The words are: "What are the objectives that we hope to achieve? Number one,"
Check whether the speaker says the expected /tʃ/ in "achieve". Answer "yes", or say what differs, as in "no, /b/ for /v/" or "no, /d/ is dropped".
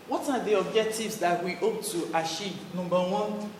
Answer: no, /ʃ/ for /tʃ/